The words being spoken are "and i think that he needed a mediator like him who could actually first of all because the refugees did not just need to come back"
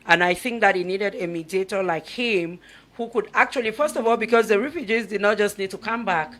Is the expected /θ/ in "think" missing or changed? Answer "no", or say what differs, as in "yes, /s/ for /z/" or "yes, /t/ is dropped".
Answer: no